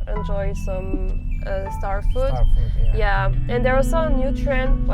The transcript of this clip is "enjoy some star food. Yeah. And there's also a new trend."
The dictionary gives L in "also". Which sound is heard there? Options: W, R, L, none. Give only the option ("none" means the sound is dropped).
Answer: none